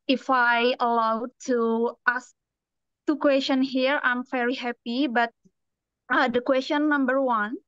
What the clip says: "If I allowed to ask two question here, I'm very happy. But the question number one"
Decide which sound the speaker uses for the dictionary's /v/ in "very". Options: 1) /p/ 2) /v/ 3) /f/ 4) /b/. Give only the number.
3